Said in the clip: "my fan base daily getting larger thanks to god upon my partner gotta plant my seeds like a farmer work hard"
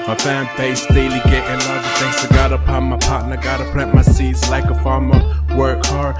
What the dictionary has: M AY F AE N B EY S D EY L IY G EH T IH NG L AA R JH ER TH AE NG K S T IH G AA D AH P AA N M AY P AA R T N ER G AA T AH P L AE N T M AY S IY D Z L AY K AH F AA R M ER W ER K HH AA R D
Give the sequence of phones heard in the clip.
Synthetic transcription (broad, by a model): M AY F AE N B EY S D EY L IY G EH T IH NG L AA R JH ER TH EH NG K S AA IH G AA D AH P AA N M AY P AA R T N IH G AA T AH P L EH T M AY S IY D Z L AY K AH F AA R M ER W ER K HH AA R